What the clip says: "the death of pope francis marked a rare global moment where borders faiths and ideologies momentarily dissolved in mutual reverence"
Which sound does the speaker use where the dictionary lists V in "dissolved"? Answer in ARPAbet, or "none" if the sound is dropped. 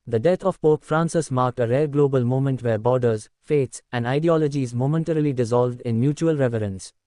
V